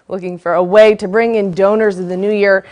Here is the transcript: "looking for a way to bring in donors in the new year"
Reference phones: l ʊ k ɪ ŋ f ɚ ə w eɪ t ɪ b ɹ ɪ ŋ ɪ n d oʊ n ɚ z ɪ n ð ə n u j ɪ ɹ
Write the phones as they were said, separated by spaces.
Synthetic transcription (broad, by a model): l ʊ k ɪ ŋ f ɚ ə w eɪ t ɪ b ɹ ɪ ŋ ɪ n d oʊ n ɚ z ɪ n ð ə n u j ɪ ɹ